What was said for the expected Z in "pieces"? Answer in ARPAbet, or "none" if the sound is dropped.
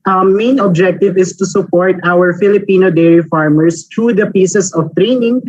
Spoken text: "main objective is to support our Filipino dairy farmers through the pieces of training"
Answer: S